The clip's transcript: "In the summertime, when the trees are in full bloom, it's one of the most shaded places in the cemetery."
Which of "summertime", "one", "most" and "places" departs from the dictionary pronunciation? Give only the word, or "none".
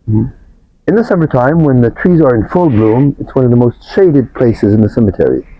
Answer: none